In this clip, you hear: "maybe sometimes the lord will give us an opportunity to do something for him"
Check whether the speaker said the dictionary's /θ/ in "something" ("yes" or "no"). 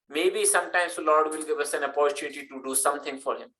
no